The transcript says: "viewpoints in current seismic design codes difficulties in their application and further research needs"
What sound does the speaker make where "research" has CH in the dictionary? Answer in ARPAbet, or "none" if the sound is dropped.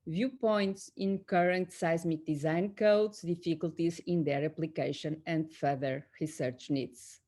CH